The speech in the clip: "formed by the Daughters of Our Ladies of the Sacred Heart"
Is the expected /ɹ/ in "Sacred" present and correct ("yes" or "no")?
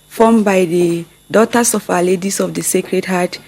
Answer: yes